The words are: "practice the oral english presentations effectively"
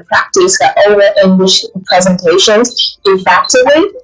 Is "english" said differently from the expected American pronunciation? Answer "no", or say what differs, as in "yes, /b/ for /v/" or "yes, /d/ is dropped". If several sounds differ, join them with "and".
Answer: no